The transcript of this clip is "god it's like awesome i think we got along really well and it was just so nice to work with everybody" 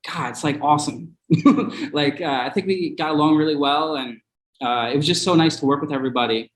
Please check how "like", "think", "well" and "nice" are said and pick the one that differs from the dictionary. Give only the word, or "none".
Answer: none